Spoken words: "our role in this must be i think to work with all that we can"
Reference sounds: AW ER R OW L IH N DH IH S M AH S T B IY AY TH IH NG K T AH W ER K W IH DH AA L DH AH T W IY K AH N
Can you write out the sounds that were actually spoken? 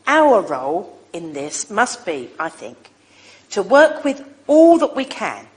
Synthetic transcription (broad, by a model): AW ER R OW L IH N DH IH S M AH S B IY AY TH IH NG K T AH W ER K W IH DH AA L DH AH T W IY K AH N